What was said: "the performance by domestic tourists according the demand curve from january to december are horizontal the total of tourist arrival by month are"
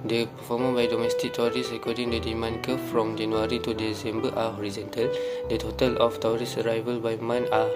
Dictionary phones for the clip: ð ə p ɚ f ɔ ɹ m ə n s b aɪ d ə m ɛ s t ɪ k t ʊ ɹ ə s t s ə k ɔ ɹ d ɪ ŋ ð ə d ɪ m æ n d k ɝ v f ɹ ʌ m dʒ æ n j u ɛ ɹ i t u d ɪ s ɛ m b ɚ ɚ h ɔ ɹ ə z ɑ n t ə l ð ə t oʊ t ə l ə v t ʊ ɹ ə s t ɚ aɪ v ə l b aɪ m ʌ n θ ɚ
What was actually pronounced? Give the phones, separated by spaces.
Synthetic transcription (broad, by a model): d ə p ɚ f ɔ m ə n b aɪ d ə m ɛ s t ɪ k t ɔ ɹ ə s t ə k ɔ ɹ d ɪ ŋ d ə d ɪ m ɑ n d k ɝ p f ɹ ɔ m dʒ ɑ n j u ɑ ɹ i t u d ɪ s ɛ m b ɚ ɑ h ɔ ɹ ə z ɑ n t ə l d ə t oʊ t ə l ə f t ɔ ɹ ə s ɚ aɪ v ə l b aɪ m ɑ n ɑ